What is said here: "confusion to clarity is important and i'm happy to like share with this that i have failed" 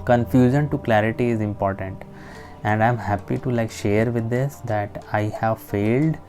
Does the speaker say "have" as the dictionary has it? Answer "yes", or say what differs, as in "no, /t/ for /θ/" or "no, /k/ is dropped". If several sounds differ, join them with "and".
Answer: yes